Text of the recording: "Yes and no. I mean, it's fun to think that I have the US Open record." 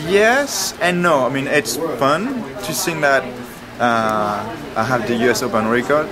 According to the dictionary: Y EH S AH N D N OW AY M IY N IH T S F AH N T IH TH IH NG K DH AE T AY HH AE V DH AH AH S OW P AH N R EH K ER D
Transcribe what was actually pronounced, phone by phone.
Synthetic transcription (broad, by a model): Y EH S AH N N OW AY M IY N IH T S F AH N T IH S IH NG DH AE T AY HH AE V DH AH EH S OW P AH N R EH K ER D